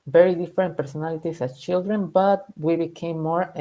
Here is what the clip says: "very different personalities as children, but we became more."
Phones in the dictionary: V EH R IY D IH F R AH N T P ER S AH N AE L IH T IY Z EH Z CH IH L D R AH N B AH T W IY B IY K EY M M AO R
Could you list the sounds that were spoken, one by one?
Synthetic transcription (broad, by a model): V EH R IY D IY F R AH N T P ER S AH N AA L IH T IY S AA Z CH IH L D R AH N B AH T W IY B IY K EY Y M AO R